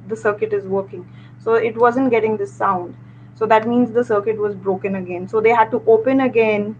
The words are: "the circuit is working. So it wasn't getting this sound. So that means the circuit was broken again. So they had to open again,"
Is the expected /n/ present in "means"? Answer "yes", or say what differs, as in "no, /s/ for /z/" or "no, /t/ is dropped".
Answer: yes